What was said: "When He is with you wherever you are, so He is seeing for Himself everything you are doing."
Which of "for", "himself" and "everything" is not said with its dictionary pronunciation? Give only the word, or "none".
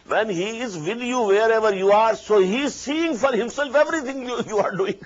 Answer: everything